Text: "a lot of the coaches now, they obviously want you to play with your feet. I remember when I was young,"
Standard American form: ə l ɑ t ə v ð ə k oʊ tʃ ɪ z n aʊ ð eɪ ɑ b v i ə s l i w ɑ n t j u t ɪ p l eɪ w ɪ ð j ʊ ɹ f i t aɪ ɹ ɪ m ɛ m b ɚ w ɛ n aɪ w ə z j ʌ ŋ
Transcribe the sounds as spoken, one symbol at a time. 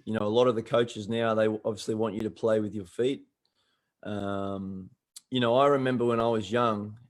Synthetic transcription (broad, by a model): ə l ɑ t ə v ð ə k oʊ tʃ ɪ z n aʊ ð eɪ ɑ b v i ə s l i w ɑ n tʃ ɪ t ɪ p l eɪ w ɪ ð j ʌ ɹ f i t aɪ ɹ ɪ m ɛ m b ɚ w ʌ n aɪ w ə z j ʌ ŋ